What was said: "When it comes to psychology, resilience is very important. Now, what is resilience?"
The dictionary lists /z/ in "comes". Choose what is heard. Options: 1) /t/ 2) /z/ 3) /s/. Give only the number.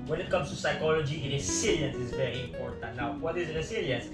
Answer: 3